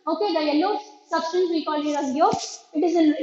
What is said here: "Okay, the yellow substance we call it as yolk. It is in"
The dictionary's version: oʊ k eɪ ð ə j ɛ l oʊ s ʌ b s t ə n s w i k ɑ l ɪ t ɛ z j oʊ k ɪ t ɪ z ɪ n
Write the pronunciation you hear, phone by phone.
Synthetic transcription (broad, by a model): oʊ k eɪ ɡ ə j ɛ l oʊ s ʌ b s t ə n s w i k ɑ l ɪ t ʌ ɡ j oʊ ɪ t ɪ z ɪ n